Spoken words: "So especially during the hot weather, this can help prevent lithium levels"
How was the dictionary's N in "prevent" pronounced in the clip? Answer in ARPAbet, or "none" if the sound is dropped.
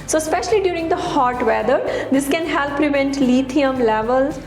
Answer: N